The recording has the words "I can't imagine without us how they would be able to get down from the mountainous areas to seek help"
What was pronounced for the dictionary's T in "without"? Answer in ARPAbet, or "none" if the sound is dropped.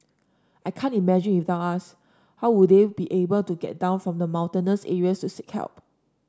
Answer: none